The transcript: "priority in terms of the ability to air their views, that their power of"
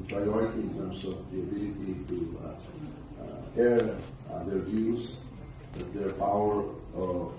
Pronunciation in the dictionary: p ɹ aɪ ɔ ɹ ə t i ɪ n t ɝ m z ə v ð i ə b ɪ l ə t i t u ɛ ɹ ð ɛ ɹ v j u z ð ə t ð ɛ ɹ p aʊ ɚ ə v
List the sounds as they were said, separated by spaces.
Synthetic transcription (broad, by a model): p ɹ aɪ ɔ ɹ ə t i ɪ n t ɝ m s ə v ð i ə b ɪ l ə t i t u ɛ ɹ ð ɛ ɹ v j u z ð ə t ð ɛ ɹ p aʊ ɚ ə